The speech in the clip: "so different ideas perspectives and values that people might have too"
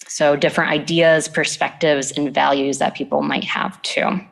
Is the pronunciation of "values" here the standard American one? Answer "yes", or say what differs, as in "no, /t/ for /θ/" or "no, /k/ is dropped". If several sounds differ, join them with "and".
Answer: yes